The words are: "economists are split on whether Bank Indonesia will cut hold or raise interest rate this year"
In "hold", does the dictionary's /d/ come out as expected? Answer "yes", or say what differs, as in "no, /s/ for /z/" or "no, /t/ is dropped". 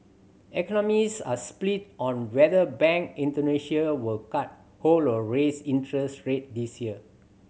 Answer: no, /d/ is dropped